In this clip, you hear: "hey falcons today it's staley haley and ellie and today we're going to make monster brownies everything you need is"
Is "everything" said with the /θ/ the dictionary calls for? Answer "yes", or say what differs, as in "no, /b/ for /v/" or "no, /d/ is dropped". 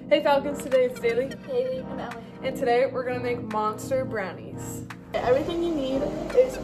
yes